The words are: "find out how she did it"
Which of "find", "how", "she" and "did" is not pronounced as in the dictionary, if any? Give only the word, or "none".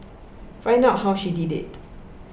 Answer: find